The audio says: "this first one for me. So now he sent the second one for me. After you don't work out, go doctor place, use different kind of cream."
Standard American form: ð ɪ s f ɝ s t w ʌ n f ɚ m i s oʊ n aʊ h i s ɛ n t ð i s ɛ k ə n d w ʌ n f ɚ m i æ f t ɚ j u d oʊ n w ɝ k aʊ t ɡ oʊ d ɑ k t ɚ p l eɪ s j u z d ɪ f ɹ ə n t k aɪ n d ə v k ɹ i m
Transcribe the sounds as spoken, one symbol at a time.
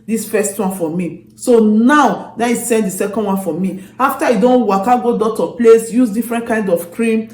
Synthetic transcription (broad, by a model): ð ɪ s f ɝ s t w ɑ n f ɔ m i s oʊ n aʊ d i s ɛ n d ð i s ɛ k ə n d w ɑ n f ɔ m i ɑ f t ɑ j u d oʊ n w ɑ k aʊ ɡ oʊ d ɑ t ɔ p l eɪ s j u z d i f ɹ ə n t k aɪ n d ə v k ɹ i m